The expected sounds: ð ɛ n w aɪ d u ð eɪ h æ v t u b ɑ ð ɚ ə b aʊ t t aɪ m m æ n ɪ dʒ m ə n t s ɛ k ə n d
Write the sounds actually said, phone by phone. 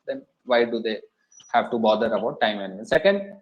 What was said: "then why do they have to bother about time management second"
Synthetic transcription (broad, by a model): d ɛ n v aɪ d u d eɪ h æ v t u b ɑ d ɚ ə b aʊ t t aɪ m m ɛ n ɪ m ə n s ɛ k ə n d